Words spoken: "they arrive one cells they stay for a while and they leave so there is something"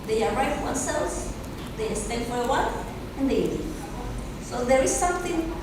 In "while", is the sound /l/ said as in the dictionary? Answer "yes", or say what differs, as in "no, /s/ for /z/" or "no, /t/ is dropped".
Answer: no, /n/ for /l/